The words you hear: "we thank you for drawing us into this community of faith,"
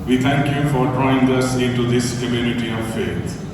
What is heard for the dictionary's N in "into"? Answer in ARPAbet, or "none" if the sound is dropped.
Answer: N